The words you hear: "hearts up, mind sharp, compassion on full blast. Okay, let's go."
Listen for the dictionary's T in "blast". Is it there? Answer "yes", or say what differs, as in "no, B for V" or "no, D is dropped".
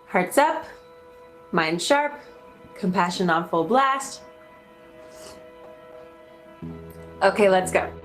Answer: yes